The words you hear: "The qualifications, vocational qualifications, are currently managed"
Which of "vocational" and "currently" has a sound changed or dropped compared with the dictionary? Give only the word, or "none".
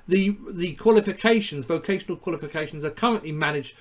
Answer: none